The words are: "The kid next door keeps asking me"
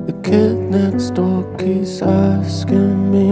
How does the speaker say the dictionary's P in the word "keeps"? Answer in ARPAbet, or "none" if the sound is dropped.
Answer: none